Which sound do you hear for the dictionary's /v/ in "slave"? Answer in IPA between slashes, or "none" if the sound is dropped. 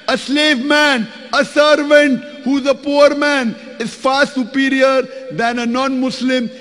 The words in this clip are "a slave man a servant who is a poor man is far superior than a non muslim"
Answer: /v/